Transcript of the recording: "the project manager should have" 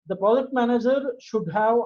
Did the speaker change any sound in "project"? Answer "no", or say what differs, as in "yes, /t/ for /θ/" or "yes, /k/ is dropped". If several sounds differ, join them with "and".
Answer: yes, /ɹ/ is dropped and /k/ is dropped